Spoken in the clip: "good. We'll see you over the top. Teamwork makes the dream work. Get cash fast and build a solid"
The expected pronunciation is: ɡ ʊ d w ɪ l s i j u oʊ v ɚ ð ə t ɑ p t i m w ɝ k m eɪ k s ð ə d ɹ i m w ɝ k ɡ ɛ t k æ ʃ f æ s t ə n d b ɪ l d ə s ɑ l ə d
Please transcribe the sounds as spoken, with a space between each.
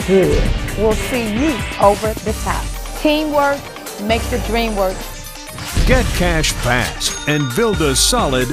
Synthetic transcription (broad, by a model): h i w ɪ l s i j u oʊ v ɚ ð ə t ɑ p t i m w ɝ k m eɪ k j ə d ɹ i m w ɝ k ɡ ɛ t k æ ʃ p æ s ə n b ɪ l d ə s ɑ l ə d